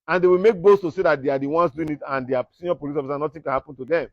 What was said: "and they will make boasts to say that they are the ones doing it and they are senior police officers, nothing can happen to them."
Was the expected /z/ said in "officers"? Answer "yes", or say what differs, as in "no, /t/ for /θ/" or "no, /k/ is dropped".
no, /z/ is dropped